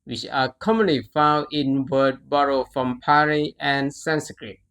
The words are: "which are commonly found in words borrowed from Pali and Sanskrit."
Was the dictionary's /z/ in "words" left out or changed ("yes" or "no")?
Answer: yes